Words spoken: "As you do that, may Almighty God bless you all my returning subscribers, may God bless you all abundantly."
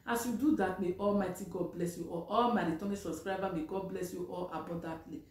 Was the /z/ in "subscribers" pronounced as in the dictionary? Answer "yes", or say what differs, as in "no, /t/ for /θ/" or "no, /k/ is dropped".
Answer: no, /z/ is dropped